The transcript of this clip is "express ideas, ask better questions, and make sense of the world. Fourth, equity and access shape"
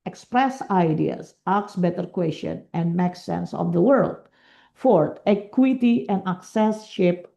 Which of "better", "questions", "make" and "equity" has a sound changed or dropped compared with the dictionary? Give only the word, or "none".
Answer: questions